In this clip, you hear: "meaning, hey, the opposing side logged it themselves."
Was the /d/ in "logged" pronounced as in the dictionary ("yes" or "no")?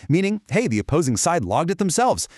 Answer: yes